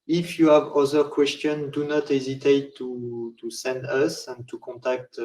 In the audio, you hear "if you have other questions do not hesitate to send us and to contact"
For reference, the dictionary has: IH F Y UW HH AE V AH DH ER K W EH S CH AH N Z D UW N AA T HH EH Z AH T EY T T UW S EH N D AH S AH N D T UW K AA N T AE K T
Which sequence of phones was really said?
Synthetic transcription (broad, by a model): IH F Y UW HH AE V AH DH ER K W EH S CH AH N D UW N AA T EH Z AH T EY T T UW S EH N D AH S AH N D T UW K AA N T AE K T